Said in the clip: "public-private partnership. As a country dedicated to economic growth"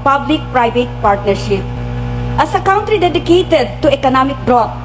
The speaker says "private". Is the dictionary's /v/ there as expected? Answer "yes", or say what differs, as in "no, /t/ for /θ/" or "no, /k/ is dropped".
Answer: no, /b/ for /v/